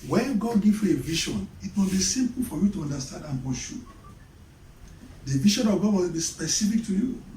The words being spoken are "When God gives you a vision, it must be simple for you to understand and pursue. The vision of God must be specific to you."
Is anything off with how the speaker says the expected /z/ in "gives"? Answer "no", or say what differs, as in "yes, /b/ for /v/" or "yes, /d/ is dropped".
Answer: yes, /z/ is dropped